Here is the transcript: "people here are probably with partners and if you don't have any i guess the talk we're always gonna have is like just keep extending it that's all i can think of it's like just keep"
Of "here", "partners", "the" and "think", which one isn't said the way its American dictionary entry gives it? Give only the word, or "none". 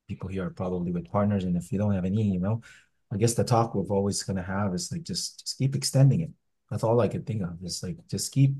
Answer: none